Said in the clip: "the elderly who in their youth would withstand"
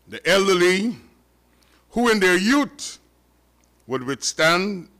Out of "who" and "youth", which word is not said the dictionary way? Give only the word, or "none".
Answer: youth